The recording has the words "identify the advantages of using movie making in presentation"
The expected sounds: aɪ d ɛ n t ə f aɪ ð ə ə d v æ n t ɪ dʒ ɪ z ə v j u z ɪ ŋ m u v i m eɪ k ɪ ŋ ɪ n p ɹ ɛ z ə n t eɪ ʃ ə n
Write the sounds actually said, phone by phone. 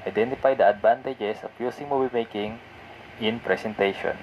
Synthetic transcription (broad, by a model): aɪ d ɛ n t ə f aɪ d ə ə d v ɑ n t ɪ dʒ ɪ s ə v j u s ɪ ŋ m u v i m eɪ k ɪ ŋ ɪ n p ɹ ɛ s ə n t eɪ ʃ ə n